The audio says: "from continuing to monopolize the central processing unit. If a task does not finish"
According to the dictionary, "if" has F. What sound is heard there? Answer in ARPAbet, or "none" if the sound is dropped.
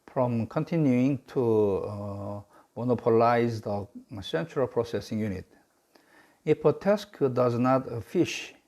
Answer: P